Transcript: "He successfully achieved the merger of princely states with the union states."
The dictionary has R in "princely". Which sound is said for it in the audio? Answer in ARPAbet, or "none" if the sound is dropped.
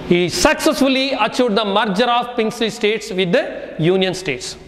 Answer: none